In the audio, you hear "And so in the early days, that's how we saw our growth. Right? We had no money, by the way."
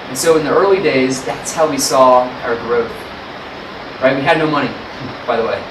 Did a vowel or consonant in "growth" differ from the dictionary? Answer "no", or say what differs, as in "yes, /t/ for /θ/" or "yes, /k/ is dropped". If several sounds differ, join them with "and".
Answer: no